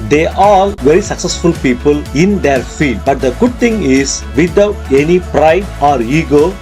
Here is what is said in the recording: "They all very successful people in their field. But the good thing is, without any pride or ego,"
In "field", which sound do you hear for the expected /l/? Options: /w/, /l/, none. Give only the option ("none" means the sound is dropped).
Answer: none